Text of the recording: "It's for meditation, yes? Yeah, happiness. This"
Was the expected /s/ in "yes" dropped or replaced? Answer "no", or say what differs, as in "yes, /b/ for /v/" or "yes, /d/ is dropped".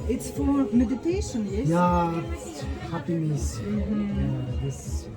yes, /s/ is dropped